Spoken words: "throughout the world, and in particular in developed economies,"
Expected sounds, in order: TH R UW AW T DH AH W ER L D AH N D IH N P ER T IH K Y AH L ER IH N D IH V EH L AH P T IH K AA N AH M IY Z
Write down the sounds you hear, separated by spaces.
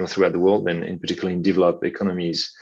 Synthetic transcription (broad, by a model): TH R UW AW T DH AH W ER L D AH N IH N P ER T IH K Y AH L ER IH N D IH V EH L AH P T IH K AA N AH M IY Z